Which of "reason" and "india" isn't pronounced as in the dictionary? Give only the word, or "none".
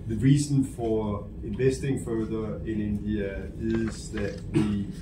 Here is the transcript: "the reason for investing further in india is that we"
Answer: reason